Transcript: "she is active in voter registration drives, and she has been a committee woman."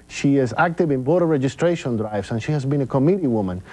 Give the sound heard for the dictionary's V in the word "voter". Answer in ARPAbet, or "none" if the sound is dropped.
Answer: B